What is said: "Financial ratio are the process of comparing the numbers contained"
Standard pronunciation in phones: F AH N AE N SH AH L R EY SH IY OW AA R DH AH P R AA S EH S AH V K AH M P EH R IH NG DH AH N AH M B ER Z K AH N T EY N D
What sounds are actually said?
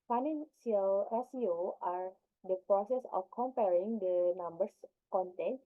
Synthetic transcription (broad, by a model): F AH N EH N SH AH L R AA S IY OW AA R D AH P R AA S EH S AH F K AH M P EH R IH NG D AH N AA M B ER S K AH N T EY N